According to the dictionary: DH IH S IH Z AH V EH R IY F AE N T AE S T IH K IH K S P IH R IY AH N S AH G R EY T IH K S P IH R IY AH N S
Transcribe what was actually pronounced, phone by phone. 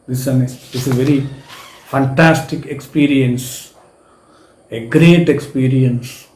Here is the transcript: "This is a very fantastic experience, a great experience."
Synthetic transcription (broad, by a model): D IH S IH S AH V EH R IY F AE N T AE S T IH K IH K S P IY R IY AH N S AH G R EY T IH K S P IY R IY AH N S